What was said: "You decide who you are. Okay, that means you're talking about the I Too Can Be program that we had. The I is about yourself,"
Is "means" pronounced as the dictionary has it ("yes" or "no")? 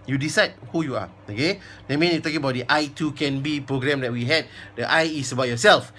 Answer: no